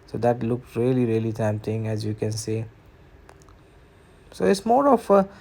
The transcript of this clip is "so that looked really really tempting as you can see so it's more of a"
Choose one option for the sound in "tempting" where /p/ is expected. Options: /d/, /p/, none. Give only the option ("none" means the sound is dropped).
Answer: none